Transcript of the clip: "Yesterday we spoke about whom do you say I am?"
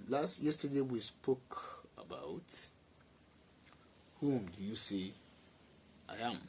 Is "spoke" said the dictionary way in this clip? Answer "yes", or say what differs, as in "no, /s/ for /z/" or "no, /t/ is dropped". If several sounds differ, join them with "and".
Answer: yes